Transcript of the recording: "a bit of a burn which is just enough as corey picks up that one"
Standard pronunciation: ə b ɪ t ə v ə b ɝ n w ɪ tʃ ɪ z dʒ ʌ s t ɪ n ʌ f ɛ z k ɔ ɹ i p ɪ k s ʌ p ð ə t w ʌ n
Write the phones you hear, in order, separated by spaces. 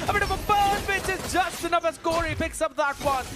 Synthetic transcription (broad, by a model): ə b ɪ t ə v ə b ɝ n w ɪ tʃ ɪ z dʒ ʌ s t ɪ n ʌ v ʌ s k ɔ ɹ i p ɪ k s ʌ p ð ə t w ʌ n